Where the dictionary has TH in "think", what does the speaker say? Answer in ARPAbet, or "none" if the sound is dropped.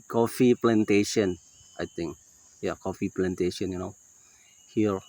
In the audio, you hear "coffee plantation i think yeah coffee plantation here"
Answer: T